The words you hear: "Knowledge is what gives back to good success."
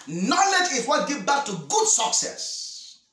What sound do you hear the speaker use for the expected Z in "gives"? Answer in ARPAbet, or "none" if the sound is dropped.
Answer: none